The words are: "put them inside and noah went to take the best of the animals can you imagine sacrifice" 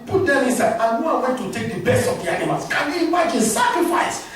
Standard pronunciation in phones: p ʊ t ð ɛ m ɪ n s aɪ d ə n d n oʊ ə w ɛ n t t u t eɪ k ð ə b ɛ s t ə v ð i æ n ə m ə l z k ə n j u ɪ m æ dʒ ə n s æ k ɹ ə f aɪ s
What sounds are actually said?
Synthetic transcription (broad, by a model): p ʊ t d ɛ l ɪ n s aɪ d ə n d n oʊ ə w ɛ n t t u t eɪ k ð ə b ɛ s t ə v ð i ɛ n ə m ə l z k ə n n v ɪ ɪ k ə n s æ k ɹ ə f aɪ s